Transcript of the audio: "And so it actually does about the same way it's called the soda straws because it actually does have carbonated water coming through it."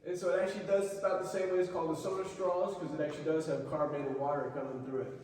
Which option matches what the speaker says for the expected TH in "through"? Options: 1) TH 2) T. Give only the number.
1